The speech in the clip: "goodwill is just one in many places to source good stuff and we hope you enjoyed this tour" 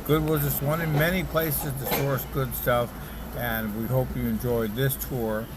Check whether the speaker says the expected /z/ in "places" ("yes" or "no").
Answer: yes